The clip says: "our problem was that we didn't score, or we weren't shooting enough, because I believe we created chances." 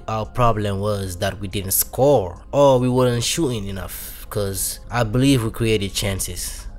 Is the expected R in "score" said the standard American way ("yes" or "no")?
yes